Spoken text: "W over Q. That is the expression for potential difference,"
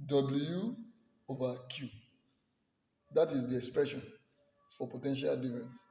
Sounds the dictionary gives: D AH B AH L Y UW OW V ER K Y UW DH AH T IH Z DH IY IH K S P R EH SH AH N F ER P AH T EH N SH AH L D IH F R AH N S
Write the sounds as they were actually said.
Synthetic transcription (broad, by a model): D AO B L Y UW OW V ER K Y UW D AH T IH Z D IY IH K S P R EH SH AH N F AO P AH T EH N SH AH L D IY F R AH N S